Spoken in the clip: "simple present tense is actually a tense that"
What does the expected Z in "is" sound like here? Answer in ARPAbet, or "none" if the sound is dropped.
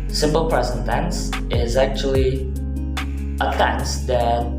Z